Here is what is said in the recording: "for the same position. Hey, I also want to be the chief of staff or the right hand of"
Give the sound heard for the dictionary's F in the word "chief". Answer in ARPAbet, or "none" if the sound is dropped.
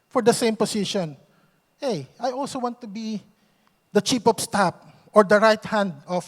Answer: P